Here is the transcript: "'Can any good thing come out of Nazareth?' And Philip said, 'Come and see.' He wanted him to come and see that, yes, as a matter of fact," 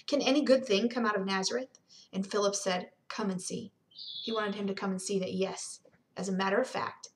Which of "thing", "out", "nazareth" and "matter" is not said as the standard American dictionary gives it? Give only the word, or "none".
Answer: none